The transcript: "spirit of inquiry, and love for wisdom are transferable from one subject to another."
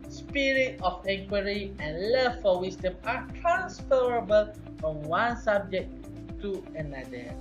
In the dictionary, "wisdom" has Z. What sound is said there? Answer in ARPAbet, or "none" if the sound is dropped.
S